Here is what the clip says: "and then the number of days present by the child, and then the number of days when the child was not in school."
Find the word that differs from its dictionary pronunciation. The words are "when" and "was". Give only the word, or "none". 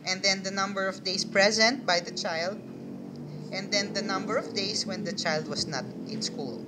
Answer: was